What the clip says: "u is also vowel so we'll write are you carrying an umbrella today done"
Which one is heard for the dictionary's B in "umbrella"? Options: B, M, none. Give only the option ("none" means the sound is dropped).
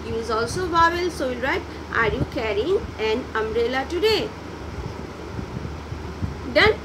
none